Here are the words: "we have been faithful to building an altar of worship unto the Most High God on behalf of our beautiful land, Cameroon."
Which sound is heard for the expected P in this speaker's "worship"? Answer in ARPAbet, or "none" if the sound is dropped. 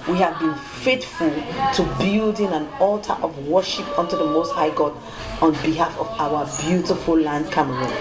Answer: P